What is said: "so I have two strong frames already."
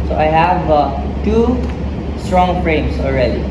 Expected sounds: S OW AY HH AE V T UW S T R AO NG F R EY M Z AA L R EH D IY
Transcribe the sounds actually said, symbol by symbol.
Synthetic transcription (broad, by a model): S OW AY HH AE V T UW S T R AO NG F R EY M S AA L R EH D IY